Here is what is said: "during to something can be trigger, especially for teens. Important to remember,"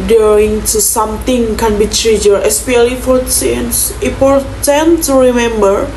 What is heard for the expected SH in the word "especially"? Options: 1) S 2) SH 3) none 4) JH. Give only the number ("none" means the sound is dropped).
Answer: 3